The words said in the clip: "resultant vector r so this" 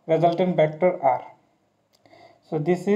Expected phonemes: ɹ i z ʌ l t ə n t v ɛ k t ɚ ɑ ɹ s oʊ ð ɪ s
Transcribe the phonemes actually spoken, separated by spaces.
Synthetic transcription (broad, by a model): ɹ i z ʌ l t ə n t b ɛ k t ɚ ɑ ɹ s oʊ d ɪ s